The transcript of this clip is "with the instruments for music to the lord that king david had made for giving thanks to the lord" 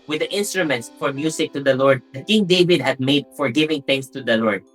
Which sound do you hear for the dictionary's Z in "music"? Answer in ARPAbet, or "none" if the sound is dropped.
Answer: S